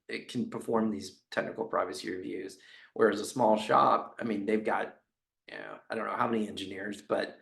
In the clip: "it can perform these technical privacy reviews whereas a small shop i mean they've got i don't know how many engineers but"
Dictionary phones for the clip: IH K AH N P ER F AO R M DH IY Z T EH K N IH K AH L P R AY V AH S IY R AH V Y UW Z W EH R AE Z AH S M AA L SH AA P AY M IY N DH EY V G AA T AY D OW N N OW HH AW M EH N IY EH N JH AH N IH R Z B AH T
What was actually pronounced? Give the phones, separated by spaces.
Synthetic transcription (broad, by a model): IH K N P ER F AO R M DH IY Z T EH K N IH K L P R AY V AH S IY R AH V Y UW Z W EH R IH Z AH S M AA L SH AA P AY M IY N DH EY V G AA T AY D OW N N OW HH AW M EH N IY EH N JH AH N IH R Z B AH T